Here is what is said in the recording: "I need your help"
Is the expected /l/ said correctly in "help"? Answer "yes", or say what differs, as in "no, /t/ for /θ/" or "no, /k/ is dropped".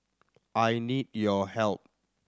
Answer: yes